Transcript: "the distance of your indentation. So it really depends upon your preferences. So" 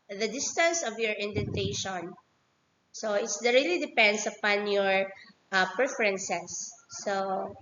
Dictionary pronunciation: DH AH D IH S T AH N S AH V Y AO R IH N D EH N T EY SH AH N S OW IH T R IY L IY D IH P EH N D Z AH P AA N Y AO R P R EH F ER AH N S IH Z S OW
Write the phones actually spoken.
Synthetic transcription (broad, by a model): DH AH D IH S T AH N S AH V Y AO R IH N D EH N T EY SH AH N S OW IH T R IY L IY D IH P EH N D S AH P AA N Y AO R P R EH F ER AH N S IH S OW